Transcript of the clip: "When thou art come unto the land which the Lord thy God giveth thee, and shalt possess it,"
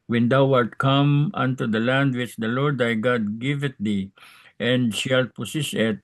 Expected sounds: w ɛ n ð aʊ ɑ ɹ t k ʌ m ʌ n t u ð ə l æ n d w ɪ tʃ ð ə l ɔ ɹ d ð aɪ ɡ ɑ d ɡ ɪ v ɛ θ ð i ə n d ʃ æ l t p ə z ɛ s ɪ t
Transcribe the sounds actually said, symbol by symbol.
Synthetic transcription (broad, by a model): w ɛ n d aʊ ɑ l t k ʌ m ʌ n t u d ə l æ n d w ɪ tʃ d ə l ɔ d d aɪ ɡ ɑ d ɡ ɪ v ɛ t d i ə n d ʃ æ l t p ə s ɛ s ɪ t